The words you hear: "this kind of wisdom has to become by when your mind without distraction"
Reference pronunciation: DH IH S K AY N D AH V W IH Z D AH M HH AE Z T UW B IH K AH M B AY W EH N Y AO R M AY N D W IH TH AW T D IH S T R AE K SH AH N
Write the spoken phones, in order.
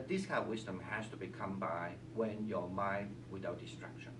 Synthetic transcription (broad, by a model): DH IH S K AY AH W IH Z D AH M HH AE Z T UW B IH K AH M B AY W EH N Y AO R M AY N D W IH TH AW T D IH S T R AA K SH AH N